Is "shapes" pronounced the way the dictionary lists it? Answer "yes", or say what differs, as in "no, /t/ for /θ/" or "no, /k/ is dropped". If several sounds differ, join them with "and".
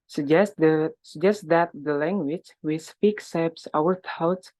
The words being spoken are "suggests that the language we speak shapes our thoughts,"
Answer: no, /s/ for /ʃ/